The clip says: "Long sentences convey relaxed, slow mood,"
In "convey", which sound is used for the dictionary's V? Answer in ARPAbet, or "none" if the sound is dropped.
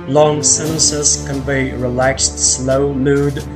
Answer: B